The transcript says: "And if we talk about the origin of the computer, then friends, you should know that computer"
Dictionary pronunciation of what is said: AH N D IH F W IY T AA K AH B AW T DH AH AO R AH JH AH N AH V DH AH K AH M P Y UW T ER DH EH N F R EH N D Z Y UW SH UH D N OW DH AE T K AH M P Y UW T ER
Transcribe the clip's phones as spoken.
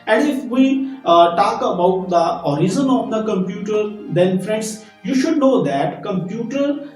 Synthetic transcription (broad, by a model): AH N D IH F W IY T AA K AH B AW T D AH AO R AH Z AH N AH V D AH K AH M P Y UW T ER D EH N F R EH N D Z Y UW SH UH D N OW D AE T K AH M P Y UW T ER